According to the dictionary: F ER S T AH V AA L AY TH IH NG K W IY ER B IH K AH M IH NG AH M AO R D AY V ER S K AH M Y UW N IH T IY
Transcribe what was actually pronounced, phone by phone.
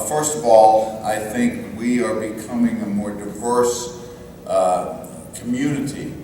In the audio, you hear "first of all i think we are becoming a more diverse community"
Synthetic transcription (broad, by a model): F ER S T AH V AA L AY TH IH NG K W IY ER B IH K AH M IH NG AH M AO R D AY V ER S K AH M Y UW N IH T IY